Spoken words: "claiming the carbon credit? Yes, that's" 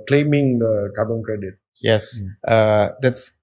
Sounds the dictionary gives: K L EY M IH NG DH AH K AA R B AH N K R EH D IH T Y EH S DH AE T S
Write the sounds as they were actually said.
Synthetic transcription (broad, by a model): K L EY M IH NG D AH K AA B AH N K R EH D IH T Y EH S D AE T S